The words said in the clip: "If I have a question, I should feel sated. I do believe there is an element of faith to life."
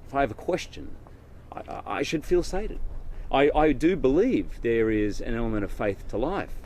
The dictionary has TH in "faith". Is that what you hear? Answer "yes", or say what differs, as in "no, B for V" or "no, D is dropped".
yes